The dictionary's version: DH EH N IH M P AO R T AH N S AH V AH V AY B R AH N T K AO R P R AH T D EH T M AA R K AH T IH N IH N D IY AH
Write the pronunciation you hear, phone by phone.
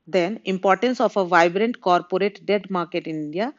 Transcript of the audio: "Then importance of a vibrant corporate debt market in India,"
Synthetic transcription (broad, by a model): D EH N IH M P AO R T AH N S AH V AH V AY B R AH N T K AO R P R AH T D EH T M AA R K AH T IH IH N D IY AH